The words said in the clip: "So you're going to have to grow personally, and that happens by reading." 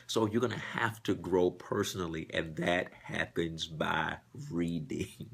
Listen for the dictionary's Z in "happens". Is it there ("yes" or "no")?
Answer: yes